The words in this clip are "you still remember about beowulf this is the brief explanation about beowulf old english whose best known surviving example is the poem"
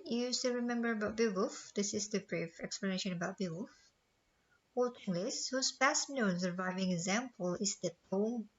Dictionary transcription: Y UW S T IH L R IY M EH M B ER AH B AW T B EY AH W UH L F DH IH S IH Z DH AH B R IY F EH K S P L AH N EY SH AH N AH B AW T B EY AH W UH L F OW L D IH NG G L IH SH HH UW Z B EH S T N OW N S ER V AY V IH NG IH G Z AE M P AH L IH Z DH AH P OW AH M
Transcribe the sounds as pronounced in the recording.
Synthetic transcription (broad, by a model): Y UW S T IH R IY M EH M B ER AH B AW T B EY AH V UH F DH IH S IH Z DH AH B R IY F EH K S P L AH N EY SH AH N AH B AW T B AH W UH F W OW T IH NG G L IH S HH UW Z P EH S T N OW N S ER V AY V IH NG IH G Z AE M P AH L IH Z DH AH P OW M